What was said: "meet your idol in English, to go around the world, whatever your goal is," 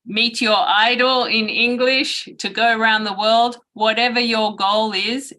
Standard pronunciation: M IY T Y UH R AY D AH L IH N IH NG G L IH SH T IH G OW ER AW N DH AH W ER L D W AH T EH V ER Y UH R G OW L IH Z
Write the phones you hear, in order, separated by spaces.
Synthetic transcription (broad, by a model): M IY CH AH R AY D L IH N IH NG G L IH SH T IH G OW ER AW N DH AH W ER L D W AH T EH V ER Y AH R G OW L IH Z